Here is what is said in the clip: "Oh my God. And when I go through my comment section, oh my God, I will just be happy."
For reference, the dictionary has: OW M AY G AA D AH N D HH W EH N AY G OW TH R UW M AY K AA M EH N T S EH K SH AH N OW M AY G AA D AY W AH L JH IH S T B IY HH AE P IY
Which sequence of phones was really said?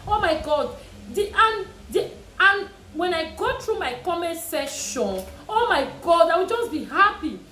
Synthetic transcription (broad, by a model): OW M AY G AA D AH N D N W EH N AY G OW T R UW M AY K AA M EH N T S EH SH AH N OW M AY G AA D AY W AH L JH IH S B IY HH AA P IY